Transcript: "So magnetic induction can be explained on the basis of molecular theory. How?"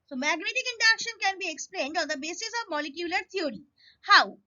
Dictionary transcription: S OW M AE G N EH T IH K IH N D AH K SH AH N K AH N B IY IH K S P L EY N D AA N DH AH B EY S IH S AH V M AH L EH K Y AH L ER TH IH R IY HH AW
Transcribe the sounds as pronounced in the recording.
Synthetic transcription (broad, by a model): S OW M AE G N EH T IH K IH N D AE K SH AH N K AH N B IY IH K S P L EY N D AA N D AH B EY S IH S AH V M AH L EH K Y AH L ER T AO R IY HH AW